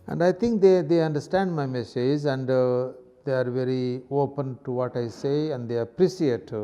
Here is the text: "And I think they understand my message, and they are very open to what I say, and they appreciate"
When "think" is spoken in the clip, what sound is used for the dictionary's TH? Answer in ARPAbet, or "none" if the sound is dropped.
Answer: T